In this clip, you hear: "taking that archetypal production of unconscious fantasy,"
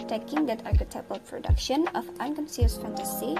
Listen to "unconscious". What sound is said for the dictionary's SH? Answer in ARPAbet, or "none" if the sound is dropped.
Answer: S